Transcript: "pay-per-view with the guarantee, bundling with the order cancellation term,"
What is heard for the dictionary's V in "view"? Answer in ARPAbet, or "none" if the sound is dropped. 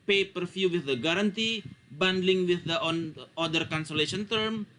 F